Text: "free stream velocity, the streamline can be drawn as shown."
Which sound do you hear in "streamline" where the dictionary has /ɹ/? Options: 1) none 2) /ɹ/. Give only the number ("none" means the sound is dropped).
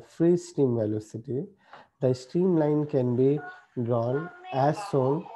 2